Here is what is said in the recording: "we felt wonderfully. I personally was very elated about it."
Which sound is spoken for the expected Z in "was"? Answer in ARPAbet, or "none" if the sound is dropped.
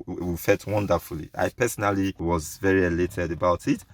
Z